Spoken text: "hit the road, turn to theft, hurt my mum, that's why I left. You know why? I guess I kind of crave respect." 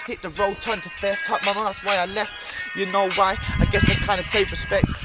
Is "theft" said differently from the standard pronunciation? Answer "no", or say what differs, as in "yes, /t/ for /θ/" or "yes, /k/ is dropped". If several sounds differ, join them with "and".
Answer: yes, /f/ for /θ/